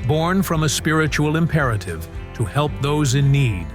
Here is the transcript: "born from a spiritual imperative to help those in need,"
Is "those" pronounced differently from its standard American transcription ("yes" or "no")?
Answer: no